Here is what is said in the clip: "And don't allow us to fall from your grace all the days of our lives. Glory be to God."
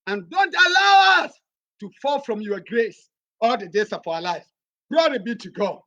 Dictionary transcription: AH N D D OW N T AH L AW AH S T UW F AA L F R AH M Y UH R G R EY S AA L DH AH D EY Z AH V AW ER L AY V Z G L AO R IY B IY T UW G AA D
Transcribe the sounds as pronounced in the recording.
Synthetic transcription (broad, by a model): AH N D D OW N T AH L AW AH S T UW F AA L F R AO M Y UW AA G R EY S AA L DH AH D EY S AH F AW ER L AY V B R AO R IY B IY T UW G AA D